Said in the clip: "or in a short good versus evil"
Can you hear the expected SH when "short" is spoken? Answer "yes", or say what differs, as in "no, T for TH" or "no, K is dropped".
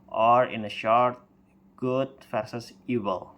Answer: yes